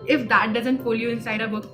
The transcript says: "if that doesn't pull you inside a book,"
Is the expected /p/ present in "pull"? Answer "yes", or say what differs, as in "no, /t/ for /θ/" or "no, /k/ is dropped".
no, /f/ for /p/